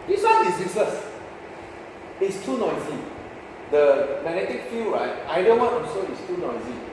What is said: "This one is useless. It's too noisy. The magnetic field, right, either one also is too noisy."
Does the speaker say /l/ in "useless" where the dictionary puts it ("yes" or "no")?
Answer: no